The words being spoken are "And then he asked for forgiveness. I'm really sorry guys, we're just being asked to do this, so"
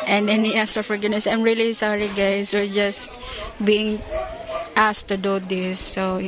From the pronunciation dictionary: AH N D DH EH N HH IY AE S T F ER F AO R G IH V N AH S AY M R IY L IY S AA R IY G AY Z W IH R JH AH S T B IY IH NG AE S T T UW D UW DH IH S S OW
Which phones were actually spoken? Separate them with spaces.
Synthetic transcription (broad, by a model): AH N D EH N HH IY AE S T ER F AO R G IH N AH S AY M R IY L IY S AA R IY G AY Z W IH R JH AH S T B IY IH NG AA S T T UW D UW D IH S S OW